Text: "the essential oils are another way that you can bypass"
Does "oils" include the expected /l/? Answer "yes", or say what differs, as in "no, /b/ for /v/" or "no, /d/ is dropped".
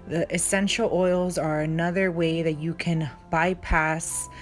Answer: yes